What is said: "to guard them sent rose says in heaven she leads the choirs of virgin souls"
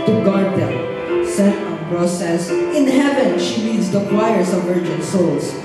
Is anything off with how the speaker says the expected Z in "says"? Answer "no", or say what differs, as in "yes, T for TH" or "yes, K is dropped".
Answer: yes, S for Z